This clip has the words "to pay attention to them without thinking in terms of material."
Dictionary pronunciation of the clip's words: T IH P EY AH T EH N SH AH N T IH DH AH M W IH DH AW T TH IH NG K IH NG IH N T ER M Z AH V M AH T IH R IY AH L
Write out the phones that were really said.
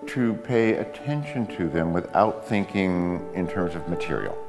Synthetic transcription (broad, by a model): T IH P EY AH T EH N SH AH N T IH DH AH M W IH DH AW T TH IH NG K IH NG IH N T ER M Z AH V M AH T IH R IY L